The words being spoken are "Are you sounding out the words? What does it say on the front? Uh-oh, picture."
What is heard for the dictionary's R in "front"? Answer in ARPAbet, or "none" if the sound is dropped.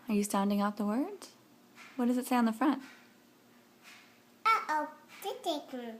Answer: R